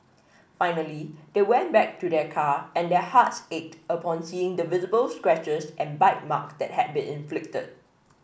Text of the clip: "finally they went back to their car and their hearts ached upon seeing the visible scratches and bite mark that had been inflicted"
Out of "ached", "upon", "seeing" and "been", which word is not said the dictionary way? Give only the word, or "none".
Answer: none